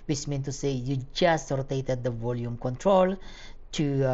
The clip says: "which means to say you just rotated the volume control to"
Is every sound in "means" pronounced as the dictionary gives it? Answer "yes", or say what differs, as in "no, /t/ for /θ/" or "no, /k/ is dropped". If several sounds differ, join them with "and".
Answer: no, /z/ is dropped